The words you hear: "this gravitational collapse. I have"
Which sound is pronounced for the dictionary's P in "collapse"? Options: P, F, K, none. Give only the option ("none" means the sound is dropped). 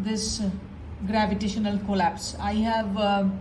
P